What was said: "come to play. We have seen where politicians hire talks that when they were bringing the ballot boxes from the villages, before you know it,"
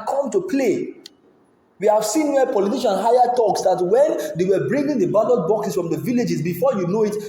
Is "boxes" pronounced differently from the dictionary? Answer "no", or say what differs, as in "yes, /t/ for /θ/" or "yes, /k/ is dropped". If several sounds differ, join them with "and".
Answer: yes, /s/ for /z/